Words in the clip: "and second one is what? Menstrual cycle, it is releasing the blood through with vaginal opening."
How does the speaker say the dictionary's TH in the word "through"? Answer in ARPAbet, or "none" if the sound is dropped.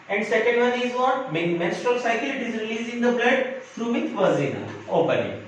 F